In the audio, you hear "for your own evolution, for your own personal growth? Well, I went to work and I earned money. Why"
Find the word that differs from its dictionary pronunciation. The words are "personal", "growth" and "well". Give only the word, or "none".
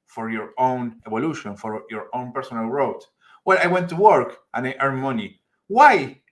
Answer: growth